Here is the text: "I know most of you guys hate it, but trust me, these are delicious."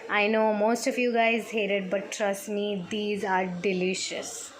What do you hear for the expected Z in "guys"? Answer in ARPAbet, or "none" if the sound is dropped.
Z